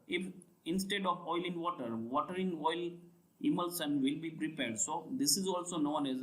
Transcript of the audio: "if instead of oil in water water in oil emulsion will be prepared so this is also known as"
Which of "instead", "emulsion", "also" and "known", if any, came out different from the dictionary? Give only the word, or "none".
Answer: emulsion